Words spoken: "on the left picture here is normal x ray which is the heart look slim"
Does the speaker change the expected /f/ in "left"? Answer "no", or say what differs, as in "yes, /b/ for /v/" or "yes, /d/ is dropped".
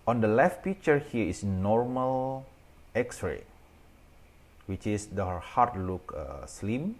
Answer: no